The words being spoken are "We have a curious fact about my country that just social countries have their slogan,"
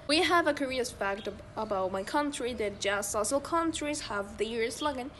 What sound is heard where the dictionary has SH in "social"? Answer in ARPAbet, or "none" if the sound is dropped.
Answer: S